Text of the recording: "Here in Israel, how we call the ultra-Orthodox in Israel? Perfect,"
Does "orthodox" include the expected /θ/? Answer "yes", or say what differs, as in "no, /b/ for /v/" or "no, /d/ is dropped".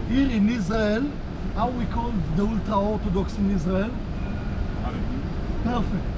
no, /t/ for /θ/